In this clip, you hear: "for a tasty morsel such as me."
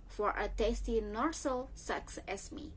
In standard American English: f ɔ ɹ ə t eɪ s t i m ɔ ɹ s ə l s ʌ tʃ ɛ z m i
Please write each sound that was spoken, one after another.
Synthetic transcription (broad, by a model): f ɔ ɹ ə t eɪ s t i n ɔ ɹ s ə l s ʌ s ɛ s m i